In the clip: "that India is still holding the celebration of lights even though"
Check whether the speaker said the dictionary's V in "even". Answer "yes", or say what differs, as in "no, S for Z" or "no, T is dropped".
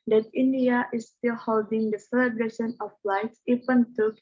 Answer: no, P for V